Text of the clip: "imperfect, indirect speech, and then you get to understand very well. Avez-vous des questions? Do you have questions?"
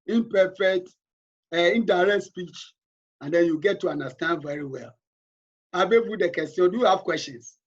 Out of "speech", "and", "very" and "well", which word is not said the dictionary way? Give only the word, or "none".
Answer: none